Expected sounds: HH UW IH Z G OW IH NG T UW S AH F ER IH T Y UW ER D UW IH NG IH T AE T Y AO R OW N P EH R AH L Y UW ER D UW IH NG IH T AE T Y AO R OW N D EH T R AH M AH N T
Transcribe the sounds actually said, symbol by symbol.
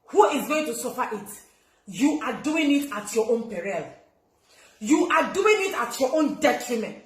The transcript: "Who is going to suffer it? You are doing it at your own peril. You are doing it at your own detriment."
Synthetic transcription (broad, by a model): HH UW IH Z G OW IH NG T UW S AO F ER IH T Y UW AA D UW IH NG IH T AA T Y AO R OW N P EH R AH L Y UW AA D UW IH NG IH T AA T Y AO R OW N D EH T R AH M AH N T